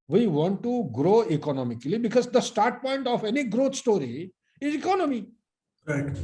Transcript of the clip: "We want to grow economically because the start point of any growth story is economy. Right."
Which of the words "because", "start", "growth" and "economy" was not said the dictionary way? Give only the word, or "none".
growth